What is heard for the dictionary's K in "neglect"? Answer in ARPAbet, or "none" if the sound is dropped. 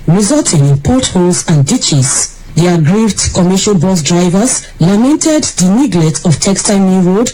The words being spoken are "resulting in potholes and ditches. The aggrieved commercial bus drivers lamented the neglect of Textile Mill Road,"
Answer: none